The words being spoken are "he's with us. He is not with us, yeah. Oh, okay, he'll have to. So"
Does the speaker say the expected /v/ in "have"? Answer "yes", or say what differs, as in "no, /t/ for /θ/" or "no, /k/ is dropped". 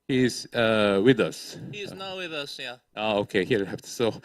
no, /b/ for /v/